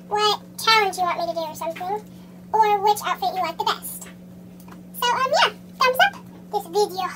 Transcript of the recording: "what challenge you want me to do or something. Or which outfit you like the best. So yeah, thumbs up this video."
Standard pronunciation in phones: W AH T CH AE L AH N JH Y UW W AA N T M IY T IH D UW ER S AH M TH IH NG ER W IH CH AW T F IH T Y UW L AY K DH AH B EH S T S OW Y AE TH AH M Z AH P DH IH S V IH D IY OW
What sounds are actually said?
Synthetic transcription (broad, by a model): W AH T CH AE L AH N JH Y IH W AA T M IY T IH D UW ER S AH M TH IH NG ER W IH CH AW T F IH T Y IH L AY K DH AH B EH S T S OW Y AE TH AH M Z AH P DH IH S V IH D IY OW